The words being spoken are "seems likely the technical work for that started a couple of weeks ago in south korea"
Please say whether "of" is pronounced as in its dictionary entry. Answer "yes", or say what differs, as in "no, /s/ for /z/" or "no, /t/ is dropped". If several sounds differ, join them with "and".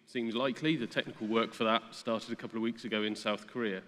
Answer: yes